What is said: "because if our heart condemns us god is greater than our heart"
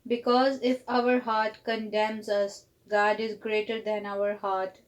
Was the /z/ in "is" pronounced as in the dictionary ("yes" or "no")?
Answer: yes